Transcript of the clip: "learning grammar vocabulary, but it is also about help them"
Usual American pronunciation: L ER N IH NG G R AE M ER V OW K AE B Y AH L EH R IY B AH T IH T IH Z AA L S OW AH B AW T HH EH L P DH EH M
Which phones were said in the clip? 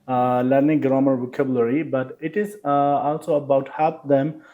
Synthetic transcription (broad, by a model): L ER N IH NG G R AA M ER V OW K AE B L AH R IY B AH T IH T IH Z AA L S OW AH B AW T HH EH P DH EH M